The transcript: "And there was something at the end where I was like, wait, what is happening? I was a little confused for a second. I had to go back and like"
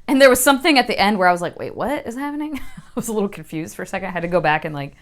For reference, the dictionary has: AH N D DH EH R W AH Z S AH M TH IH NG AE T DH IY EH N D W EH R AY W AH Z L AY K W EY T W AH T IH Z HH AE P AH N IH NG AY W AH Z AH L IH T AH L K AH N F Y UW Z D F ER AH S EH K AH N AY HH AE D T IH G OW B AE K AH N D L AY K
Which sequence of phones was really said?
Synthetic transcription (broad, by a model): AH N DH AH R W AH Z S AH M TH IH NG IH T DH IY EH N D W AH R AY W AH Z L AY K W EY T W AH T IH Z HH AE P AH N IH NG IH W AH Z AH L IH T L K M F Y UW Z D F ER AH S EH K AH N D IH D T IH G OW B AE K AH N L AY K